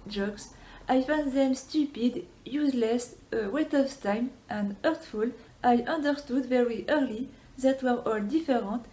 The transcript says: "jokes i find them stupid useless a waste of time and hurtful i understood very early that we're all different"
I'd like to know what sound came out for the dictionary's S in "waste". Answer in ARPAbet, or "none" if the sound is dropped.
none